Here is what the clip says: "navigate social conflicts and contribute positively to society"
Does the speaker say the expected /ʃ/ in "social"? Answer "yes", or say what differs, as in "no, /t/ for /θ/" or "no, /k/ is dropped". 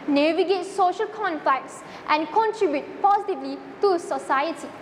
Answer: yes